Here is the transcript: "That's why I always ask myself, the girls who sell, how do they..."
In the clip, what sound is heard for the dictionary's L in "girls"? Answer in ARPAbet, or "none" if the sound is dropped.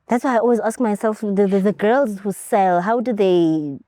L